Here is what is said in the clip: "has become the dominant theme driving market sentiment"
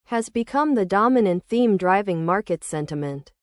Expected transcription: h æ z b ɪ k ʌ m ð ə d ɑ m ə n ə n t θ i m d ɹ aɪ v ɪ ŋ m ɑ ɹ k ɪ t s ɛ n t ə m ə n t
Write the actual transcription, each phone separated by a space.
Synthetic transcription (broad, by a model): h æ z b ɪ k ʌ m ð ə d ɑ m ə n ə n θ i m d ɹ aɪ v ɪ ŋ m ɑ ɹ k ɪ t s ɛ n t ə m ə n t